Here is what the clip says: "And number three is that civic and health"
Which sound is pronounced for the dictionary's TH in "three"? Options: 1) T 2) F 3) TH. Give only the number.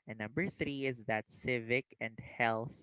3